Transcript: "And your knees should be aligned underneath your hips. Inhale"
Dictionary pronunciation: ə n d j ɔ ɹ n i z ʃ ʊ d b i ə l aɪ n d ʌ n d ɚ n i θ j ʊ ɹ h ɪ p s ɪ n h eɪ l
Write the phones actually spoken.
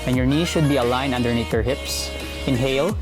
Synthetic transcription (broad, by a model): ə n j ɔ ɹ n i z ʃ ʊ d b i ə l aɪ n ʌ n d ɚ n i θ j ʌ ɹ h ɪ p s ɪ n h eɪ l